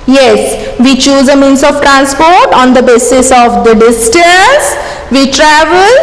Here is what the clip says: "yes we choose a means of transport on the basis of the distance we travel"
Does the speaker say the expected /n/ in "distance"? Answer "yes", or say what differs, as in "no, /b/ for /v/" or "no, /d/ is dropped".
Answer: no, /n/ is dropped